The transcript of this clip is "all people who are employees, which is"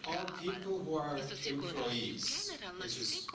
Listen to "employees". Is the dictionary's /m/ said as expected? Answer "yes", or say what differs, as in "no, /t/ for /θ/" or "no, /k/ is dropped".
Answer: no, /m/ is dropped